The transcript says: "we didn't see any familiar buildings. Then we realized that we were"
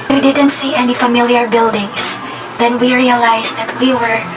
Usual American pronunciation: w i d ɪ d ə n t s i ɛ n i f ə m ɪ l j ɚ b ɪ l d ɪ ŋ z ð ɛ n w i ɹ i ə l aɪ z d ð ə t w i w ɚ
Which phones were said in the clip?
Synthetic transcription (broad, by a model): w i d ɪ d ə n t s i ɛ n i f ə m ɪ l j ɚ b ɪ l d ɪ ŋ s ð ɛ n w i ɹ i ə l aɪ s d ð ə t w i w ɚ